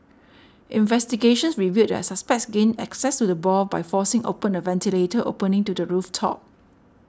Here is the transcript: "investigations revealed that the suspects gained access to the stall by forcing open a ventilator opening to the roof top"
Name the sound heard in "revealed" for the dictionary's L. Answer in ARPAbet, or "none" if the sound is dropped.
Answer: none